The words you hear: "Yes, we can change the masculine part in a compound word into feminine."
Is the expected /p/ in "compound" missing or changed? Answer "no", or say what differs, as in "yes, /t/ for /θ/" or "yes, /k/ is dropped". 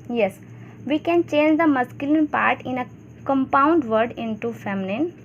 no